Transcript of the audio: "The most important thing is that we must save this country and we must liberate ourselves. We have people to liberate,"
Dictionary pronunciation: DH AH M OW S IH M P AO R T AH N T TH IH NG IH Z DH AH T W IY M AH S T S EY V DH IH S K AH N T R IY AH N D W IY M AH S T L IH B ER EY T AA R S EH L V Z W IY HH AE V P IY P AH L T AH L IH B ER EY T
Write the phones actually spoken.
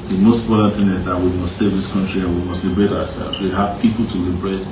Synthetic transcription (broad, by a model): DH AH M OW S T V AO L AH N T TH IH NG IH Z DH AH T W IY M AH S T S EY V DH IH S K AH N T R IY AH N W IY M AH S T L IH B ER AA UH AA S EH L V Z W IY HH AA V P IY P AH L T AH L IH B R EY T